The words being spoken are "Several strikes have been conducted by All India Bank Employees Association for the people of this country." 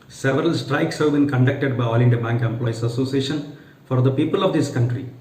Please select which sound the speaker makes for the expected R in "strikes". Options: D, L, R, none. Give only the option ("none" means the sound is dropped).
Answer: R